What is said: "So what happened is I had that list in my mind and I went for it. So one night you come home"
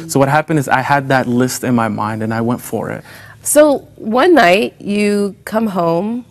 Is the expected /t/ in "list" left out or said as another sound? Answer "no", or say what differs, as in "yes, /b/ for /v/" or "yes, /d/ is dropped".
no